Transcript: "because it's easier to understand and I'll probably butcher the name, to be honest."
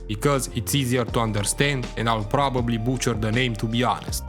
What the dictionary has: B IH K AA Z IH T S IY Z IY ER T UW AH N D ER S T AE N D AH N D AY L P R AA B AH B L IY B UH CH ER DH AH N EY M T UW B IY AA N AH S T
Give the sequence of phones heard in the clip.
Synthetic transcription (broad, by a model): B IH K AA Z IH T S IY Z IY ER T UW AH N D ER S T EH N D AH N D AY L P R AA B AH B L IY B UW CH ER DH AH N EY M T UW B IY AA N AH S T